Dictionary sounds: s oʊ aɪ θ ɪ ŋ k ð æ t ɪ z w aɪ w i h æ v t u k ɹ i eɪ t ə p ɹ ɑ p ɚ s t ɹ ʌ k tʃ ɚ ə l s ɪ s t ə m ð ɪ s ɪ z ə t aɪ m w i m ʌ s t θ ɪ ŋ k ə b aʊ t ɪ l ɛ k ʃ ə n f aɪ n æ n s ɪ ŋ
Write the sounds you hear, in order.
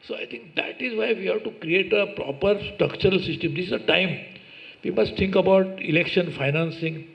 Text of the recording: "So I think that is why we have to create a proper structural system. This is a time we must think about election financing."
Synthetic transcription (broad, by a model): s oʊ aɪ t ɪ ŋ k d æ t ɪ z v aɪ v i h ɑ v t u k ɹ i eɪ t ə p ɹ ɑ p ɚ s t ɹ ʌ k tʃ ɚ ə l s ɪ s t ə m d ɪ s ɪ z ə t aɪ m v i m ʌ s t t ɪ ŋ k ə b aʊ t ɪ l ɛ k ʃ ə n f aɪ n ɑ n s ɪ ŋ